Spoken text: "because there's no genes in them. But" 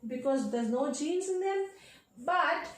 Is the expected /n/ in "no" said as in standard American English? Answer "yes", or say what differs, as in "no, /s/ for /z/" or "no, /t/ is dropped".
yes